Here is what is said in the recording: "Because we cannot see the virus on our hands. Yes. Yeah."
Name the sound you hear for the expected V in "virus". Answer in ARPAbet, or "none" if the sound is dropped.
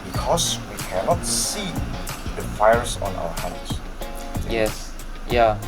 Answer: F